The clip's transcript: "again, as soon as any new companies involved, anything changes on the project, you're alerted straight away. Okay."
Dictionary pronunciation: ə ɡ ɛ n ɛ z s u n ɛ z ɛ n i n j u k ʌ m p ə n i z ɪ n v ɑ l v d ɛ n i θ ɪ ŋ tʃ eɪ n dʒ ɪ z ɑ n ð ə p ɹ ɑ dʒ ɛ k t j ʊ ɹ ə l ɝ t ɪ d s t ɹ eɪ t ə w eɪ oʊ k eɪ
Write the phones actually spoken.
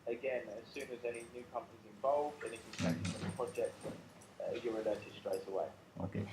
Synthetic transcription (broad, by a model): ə ɡ ɛ n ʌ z s u n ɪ z ɛ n i n j u k ʌ m p ə n i z ɪ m v ɑ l v d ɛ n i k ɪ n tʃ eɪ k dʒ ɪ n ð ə p ɹ ɑ dʒ ɛ k t j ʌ ɹ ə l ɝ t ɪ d s t ɹ eɪ t ə w eɪ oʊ k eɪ